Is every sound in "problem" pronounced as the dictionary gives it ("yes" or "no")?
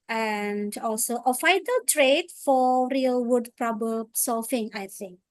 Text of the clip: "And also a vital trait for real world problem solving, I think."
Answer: no